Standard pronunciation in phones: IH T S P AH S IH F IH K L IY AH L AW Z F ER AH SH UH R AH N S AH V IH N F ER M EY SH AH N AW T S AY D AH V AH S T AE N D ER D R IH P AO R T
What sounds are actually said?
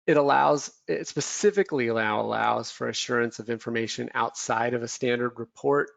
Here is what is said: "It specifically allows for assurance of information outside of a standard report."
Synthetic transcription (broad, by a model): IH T S P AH S IH F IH K L IY AH L AW Z F ER AH SH UH R AH N S AH V IH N F ER M EY SH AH N AW T S AY D AH V AH S T AE N D ER D R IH P AO R T